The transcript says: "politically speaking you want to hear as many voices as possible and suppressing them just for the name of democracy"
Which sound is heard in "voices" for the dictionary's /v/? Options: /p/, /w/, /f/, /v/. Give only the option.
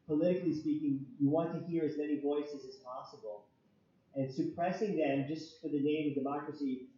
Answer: /v/